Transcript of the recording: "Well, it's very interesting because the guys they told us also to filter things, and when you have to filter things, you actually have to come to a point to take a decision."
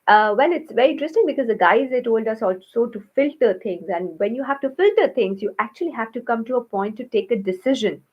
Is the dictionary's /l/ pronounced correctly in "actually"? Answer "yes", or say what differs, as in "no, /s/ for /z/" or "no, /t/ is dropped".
yes